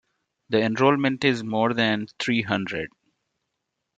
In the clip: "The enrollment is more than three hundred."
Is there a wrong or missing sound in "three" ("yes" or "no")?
yes